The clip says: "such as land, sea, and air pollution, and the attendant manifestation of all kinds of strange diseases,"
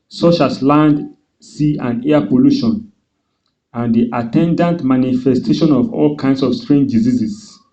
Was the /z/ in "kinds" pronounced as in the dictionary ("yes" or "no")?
no